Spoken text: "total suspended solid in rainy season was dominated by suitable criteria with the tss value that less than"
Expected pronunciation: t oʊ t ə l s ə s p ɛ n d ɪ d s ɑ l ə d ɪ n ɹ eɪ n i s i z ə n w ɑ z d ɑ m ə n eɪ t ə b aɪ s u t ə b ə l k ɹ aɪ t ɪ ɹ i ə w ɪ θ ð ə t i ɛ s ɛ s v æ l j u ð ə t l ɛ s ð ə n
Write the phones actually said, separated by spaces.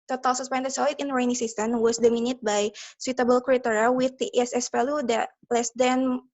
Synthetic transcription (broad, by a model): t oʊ t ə l s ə s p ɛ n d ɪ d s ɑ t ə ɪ n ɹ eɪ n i s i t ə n w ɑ s d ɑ m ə n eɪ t b aɪ s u t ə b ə l k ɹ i t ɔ ɹ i w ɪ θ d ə t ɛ s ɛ s f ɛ l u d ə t l ɛ s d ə n